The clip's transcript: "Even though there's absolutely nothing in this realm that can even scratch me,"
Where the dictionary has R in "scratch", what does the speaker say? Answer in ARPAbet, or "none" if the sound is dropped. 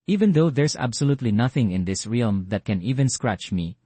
R